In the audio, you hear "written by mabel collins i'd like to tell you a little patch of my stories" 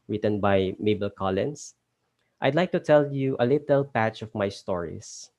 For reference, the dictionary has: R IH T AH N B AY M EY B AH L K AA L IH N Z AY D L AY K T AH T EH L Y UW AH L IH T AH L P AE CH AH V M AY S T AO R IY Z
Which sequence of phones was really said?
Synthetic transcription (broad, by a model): R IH T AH N B AY M EY B AH L K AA L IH N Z AY D L AY K T AH T EH L Y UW AH L IH T AH L P AE CH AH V M AY S T AO R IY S